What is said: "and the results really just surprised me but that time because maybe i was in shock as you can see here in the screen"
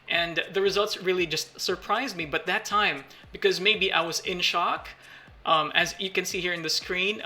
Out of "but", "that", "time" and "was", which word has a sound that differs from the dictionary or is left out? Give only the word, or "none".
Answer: none